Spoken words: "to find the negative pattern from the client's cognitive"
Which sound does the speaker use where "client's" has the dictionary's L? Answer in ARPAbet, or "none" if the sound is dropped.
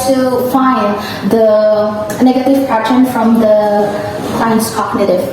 none